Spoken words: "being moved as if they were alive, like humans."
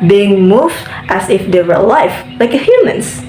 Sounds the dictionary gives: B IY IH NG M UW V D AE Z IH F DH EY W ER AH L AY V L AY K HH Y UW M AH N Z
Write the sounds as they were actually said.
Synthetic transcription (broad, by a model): B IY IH NG M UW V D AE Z IH F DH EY W ER L AY F L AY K HH Y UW M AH N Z